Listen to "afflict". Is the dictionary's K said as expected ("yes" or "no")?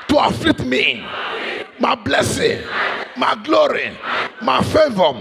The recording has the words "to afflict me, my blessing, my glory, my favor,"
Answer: no